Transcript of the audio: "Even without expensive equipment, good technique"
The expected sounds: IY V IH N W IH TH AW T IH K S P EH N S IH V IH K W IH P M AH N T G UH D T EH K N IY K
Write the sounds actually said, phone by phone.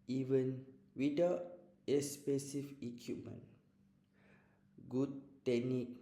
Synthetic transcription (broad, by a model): IY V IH N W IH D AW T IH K S P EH S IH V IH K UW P M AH N G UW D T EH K N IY K